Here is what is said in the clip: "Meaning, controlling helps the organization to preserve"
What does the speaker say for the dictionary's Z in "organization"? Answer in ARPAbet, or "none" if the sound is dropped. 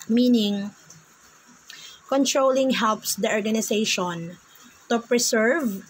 S